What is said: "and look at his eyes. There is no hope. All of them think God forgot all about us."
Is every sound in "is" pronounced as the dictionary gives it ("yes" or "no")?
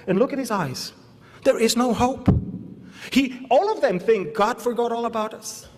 yes